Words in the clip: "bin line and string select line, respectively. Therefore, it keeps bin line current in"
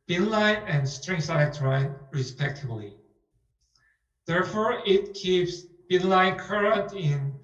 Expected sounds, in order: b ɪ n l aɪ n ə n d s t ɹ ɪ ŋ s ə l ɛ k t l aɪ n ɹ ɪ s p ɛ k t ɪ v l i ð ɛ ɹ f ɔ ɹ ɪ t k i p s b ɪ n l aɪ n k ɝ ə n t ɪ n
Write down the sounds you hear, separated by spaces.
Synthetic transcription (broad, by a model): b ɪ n l aɪ n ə n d s t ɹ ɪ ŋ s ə ɪ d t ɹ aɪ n ɹ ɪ s p ɛ k t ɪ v l i ð ɛ ɹ f ɔ ɹ ɪ t k i p s b ɪ n l aɪ n k ɝ ə n t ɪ n